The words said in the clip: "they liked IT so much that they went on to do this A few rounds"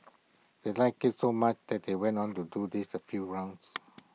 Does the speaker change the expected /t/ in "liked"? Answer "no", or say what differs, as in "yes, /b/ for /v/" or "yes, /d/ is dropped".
yes, /t/ is dropped